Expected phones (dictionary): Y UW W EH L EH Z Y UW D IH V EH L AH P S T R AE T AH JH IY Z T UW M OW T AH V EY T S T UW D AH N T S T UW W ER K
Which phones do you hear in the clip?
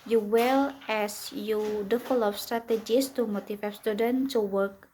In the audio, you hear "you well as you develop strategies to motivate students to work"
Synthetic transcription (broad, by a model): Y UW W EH L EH S Y UW D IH F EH L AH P S T R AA T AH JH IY S T UW M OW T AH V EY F S T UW D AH N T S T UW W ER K